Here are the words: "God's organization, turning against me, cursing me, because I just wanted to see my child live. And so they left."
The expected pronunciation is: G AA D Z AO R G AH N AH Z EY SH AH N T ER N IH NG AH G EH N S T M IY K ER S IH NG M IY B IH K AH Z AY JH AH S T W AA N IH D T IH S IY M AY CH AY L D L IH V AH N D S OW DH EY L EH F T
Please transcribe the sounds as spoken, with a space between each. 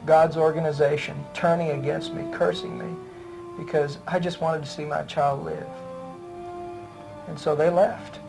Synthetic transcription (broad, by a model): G AA D Z AO R G AH N AH Z EY SH AH N T ER N IH NG AH G EH N S T M IY K ER S IH NG M IY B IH K AH Z AY JH AH S T W AA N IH D T IH S IY M AY CH AY L D L IH V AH N S OW DH EY L EH F T